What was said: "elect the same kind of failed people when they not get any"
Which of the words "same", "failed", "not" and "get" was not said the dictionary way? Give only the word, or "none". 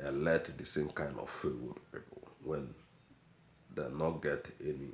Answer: failed